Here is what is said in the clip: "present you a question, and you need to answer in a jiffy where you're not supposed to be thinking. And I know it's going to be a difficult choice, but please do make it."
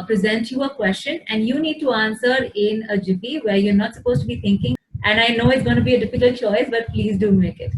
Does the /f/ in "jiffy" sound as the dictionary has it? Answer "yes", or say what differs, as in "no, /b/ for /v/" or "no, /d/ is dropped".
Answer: no, /p/ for /f/